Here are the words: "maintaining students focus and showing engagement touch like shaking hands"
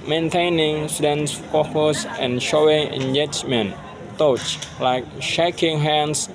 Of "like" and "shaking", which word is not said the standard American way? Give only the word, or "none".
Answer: none